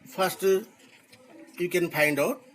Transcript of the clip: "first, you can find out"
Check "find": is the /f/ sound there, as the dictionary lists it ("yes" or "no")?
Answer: no